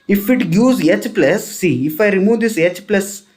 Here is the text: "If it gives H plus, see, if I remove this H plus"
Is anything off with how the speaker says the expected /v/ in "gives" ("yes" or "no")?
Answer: yes